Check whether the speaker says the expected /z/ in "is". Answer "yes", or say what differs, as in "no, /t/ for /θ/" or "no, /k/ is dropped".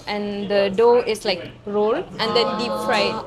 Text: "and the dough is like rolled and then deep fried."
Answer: no, /s/ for /z/